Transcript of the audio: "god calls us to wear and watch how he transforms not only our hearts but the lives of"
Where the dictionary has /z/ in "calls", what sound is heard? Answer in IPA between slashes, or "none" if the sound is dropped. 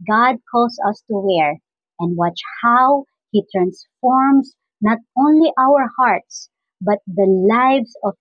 /s/